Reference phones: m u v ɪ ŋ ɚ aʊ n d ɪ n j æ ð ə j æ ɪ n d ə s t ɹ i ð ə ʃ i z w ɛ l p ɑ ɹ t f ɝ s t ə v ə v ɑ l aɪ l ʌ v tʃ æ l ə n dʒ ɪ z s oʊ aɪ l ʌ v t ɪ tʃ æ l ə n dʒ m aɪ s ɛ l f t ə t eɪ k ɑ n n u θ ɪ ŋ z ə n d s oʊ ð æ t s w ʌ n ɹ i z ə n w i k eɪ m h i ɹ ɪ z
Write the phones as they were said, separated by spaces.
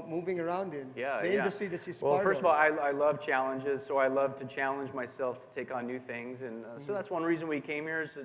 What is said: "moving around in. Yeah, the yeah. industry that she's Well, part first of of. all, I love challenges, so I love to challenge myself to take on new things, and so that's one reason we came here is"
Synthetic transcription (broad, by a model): m u v ɪ ŋ ɚ aʊ n d ɪ n j æ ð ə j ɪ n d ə s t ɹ i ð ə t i s w ɛ l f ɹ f ɝ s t ə v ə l ɑ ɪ aɪ l ʌ v tʃ æ l ə n dʒ ɪ z s oʊ aɪ l ʌ v t ɪ tʃ æ l ə n dʒ m aɪ s ɛ l f t ə t eɪ k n n u θ ɪ ŋ z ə n s oʊ ð æ t s w ʌ n ɹ i z ə n w i k eɪ m h i ɹ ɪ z